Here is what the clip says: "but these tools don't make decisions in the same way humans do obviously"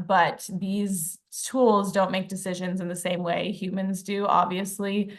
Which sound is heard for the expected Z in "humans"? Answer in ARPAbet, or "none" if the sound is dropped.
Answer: Z